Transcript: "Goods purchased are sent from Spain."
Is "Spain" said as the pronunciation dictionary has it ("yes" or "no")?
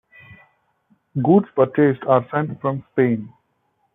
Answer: yes